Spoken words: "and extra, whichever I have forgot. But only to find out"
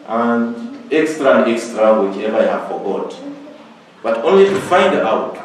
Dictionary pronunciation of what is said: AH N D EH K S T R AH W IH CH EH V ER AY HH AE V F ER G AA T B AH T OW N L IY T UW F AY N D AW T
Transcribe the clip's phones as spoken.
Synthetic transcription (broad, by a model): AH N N EH K S T R AH W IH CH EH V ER AY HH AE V F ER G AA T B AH T OW N L IY T UW F AY N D AW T